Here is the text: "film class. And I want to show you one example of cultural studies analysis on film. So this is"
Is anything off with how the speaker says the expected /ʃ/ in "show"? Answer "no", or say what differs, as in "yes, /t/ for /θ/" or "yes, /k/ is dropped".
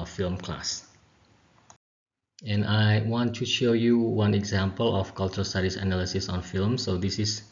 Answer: no